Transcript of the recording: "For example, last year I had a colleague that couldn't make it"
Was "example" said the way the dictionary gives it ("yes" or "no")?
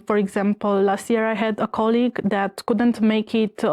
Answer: yes